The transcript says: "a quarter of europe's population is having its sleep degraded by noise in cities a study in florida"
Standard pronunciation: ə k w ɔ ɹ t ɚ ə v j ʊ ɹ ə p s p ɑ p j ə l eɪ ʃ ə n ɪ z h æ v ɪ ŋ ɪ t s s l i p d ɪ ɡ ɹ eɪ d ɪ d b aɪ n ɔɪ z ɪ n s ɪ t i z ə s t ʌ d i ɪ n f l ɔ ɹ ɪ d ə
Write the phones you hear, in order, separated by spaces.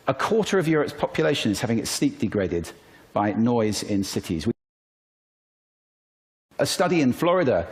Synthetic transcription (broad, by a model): ə k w ɔ t ɚ ə v j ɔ ɹ ə p s p ɑ p j ə l eɪ ʃ ə n ɪ z h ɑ v ɪ ŋ ɪ t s s l i p d ɪ ɡ ɹ eɪ d ɪ d b aɪ n ɔɪ z ɪ n s ɪ t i z ə s t ʌ d i ɪ n f l ɔ ɹ ɪ d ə